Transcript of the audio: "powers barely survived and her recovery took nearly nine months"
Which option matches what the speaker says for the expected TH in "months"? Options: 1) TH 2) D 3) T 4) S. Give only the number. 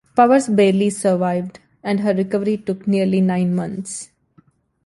3